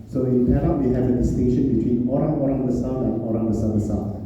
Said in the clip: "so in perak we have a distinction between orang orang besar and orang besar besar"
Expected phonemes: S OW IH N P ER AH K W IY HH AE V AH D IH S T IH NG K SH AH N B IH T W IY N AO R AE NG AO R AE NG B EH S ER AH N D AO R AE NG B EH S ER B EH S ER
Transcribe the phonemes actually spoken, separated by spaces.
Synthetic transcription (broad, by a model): S OW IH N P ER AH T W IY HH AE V AH D IH S T IH NG K SH AH N B IH T W IY N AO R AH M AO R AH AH S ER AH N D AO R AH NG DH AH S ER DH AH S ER